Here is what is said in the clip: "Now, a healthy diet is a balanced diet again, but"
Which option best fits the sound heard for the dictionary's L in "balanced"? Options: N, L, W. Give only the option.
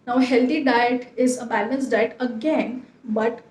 N